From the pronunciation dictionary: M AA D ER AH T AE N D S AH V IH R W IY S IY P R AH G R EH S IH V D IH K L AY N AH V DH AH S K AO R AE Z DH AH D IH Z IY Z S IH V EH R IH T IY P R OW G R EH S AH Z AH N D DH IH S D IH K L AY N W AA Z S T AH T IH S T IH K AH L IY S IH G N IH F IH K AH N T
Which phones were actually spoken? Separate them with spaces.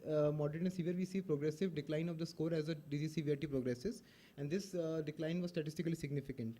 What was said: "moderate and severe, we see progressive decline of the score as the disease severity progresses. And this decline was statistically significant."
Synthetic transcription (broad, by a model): M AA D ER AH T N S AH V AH R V IY S IY P R AH G R EH S IH V D IH K L AY N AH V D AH S K AO R AE Z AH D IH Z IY S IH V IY IH T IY P R OW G R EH S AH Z AH N D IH S D IH K L AY N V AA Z S T AH T IH S T IH K AH L IY S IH G N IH F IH K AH N T